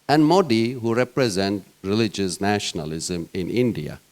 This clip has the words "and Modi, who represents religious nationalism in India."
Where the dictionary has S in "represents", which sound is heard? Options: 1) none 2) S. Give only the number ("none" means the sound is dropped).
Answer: 1